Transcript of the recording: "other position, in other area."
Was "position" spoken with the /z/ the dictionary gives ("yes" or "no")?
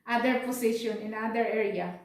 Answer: no